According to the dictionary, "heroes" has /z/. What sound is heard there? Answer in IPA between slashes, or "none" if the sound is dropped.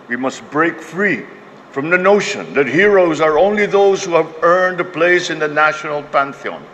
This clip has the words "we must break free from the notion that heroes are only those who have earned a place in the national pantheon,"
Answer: /z/